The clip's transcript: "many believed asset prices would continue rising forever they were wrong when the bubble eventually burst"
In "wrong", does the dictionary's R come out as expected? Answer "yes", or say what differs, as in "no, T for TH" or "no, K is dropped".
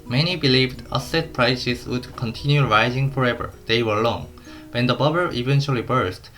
no, L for R